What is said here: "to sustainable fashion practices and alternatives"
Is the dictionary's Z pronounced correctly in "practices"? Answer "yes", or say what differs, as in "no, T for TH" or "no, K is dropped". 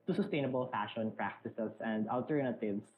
no, S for Z